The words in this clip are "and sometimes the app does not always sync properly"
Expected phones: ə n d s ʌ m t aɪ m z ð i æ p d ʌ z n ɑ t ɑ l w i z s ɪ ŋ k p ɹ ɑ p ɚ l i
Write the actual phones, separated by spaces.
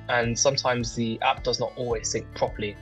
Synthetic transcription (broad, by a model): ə n s ʌ m t aɪ m z ð i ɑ p d ʌ z n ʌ t ɑ l w i z θ ɪ ŋ k p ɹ ɑ p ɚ l i